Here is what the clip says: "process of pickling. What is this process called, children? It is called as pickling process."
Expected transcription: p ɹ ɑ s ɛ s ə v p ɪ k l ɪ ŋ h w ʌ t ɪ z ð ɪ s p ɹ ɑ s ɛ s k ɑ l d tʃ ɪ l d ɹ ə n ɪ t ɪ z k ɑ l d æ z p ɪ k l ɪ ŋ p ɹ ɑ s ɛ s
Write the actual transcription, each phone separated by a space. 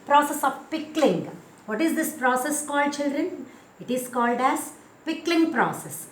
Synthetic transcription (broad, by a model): p ɹ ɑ s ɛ s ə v p ɪ k l ɪ ŋ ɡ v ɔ t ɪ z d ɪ s p ɹ ɑ s ɛ s k ɑ l d tʃ ɪ l d ɹ ə n ɪ t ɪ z k ɑ l d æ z p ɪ k l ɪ ŋ p ɹ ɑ s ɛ s